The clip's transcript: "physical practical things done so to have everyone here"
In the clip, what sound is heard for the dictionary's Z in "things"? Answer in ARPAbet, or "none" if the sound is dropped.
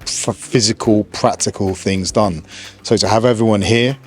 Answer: Z